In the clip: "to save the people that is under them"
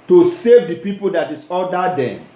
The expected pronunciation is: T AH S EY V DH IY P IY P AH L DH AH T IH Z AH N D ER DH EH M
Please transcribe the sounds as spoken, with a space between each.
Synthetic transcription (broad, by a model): T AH S EY V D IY P IY P AH L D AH T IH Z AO D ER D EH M